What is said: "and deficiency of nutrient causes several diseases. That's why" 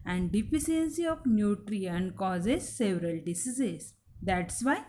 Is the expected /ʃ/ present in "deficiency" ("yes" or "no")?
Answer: no